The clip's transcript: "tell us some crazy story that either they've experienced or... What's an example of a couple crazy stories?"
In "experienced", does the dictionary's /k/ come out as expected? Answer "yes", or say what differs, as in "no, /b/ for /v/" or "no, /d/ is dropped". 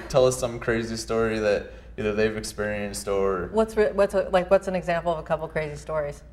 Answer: yes